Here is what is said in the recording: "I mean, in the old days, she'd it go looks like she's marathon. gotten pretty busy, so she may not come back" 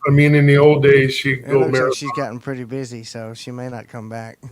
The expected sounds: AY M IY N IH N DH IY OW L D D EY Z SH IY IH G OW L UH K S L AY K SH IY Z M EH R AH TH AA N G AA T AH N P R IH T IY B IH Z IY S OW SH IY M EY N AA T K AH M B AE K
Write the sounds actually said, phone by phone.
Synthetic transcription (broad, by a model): AY M IY N IH N DH IY OW L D D EY Z SH IY G OW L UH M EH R SH IY Z G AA T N P R IH T IY B IH Z IY S OW SH IY M EY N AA T K AH M B AE K